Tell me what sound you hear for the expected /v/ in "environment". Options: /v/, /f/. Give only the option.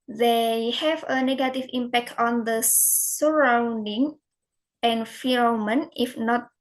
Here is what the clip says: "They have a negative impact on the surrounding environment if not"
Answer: /f/